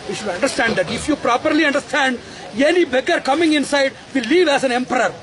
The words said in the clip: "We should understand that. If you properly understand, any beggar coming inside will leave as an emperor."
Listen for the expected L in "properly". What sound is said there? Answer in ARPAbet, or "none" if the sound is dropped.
L